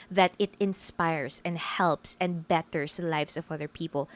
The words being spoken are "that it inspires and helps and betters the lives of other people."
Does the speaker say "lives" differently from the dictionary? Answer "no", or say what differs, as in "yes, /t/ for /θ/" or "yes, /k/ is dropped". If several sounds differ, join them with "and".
yes, /s/ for /z/